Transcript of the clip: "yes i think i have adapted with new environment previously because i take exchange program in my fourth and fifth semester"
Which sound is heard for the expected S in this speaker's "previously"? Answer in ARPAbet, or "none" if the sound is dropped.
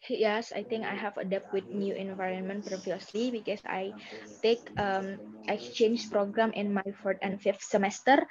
S